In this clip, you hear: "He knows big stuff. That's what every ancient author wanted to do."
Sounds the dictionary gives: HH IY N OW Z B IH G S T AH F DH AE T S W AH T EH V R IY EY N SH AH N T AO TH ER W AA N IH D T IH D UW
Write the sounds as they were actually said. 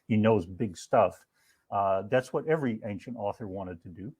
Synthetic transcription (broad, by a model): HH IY N OW Z B IH G S T AH F DH AE T S W AH T EH V R IY EY N SH AH N T AO TH ER W AA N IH D T IH D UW